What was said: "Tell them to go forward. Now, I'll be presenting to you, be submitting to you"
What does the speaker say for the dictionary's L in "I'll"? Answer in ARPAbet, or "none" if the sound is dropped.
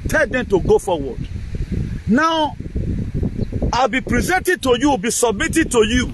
L